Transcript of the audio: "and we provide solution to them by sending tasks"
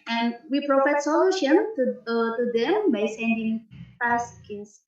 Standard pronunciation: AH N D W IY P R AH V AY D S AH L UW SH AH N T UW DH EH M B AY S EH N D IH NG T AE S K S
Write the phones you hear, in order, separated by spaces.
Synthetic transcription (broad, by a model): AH N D W IY P R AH F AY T S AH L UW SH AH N T UW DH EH M B AY S EH N D IH NG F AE S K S